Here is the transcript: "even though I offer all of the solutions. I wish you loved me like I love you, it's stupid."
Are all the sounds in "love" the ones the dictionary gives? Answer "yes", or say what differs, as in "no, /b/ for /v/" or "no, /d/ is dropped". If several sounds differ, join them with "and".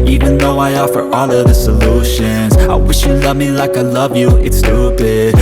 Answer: yes